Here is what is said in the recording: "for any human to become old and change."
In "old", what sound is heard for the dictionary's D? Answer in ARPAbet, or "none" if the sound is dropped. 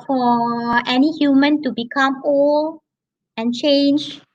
none